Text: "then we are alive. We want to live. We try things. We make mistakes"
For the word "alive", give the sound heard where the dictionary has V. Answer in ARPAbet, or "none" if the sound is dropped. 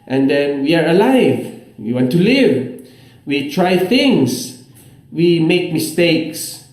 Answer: V